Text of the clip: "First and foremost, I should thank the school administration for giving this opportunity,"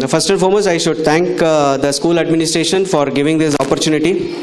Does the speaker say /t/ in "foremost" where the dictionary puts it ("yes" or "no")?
no